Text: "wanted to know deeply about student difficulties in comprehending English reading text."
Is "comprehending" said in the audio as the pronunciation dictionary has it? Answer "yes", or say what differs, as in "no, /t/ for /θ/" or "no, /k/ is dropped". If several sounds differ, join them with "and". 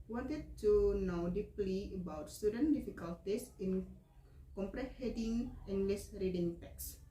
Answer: no, /n/ is dropped